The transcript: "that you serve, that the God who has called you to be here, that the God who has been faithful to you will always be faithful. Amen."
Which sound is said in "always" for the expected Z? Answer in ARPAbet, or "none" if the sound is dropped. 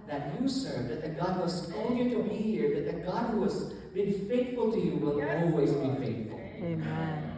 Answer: Z